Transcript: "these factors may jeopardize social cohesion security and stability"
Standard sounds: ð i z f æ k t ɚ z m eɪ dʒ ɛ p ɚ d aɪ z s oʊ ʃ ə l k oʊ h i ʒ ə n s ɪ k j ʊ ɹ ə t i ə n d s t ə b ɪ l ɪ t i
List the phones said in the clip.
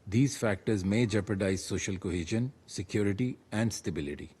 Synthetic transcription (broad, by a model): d i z f æ k t ɚ z m eɪ dʒ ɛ p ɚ d aɪ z s oʊ ʃ ə l k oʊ h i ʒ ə n s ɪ k j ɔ ɹ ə t i ə n d s t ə b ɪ l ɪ t i